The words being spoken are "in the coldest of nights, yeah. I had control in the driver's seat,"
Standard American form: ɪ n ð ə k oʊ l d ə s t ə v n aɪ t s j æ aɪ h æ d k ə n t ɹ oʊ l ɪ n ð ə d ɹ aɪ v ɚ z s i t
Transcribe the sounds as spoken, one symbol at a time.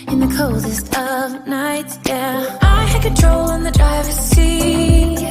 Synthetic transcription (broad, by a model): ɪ n ð ə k oʊ l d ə s t ə v n aɪ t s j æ aɪ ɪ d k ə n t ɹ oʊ l ɪ n ð ə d ɹ aɪ v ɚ s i